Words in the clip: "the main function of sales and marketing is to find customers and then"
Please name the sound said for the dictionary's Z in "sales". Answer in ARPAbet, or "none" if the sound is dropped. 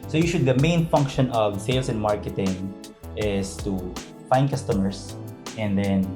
S